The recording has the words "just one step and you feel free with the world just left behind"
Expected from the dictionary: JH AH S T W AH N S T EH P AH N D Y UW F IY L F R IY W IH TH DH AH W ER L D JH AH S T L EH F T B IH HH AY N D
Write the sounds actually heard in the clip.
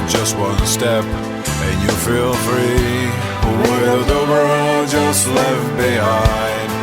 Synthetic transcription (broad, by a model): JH AH S T W AH N S T EH P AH N Y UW F IY L F R IY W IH DH AH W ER L JH AH S T L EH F B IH HH AY N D